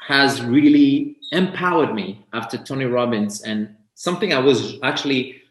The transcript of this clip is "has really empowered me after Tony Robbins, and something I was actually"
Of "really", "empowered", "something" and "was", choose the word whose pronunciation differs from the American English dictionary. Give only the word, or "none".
none